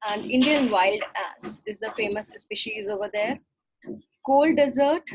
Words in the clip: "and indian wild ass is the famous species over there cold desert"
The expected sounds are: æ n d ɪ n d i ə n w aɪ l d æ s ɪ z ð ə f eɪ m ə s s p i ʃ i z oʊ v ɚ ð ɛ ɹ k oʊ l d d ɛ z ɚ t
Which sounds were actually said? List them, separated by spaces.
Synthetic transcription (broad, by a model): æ n d ɪ n d i ə n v aɪ l d æ s ɪ z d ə f eɪ m ə s s p i ʃ i z oʊ v ɚ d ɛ ɹ k oʊ l d d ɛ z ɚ t